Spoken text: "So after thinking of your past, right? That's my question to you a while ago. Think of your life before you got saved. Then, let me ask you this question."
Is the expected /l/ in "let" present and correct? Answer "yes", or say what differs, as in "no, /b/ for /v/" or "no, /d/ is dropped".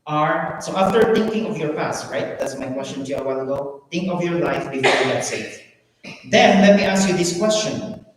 yes